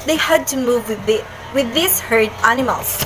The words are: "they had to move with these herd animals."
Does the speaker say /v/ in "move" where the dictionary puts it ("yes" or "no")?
yes